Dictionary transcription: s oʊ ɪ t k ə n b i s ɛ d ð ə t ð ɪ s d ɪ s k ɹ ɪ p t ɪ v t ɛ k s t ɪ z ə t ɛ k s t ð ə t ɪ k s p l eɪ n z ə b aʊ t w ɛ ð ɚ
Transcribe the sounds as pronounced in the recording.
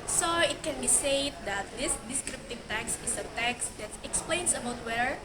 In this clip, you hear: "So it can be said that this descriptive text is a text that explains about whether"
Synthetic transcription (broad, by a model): s oʊ ɪ t k ə n b i s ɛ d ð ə t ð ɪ s d ɪ s k ɹ ɪ p t ɪ v t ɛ k s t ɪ s ə t ɛ k s t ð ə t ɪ k s p l eɪ n s ə b aʊ t w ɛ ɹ